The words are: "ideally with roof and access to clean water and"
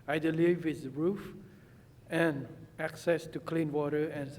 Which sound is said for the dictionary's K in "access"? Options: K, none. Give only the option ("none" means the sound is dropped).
K